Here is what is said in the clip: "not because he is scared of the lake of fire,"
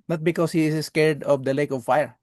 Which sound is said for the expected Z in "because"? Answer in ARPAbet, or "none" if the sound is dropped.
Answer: S